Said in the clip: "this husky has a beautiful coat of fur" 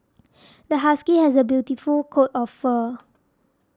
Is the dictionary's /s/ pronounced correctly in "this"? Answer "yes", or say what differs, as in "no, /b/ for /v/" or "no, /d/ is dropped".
no, /s/ is dropped